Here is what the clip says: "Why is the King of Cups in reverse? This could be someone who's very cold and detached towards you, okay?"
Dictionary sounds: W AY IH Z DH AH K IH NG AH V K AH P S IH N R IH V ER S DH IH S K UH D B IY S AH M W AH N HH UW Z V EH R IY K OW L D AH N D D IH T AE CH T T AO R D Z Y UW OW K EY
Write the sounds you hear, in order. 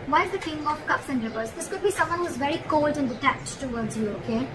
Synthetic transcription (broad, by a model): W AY IH Z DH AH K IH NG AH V K AH P S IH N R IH P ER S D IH S K UH D B IY S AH M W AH N HH UW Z V EH R IY K OW L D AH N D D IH T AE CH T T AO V D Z Y UW OW K EY